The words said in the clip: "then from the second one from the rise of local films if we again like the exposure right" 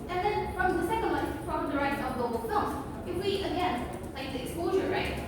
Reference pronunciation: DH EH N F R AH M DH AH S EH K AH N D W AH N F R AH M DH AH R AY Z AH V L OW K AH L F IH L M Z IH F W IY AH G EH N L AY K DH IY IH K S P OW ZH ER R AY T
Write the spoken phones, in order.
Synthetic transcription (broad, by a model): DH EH N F R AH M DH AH S EH K AH N D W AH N P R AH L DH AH R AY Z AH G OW AH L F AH M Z IH F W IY AH G EH N L AY K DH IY IH K S P OW ZH ER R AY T